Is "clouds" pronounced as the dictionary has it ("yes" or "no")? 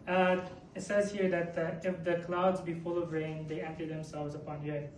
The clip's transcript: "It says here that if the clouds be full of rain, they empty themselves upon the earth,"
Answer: yes